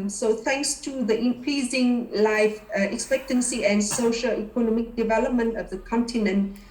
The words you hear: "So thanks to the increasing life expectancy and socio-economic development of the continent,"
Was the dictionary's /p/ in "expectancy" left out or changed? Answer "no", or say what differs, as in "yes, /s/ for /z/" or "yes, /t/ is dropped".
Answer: no